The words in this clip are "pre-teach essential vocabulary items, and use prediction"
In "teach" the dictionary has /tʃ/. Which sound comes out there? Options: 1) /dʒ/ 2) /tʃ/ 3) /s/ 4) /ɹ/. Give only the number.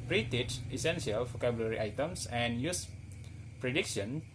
3